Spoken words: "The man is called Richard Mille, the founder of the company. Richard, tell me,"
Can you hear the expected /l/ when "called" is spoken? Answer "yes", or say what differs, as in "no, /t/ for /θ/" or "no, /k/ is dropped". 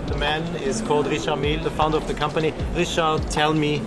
yes